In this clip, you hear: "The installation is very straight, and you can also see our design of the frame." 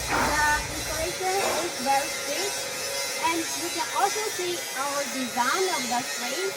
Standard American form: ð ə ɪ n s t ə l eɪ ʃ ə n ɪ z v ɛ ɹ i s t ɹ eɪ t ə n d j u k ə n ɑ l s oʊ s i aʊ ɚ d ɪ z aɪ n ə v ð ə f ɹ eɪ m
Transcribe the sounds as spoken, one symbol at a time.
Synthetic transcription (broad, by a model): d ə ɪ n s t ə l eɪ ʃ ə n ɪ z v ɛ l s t eɪ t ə n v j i k ə n ɑ l s oʊ s i aʊ ɚ d ɪ z aɪ n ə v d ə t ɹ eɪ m